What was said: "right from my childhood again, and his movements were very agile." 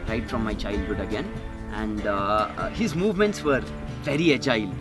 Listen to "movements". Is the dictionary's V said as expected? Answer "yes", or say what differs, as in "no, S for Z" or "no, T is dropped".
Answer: yes